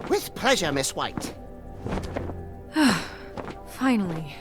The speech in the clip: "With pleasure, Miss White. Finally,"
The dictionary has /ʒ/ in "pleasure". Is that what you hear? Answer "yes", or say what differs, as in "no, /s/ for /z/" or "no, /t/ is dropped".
yes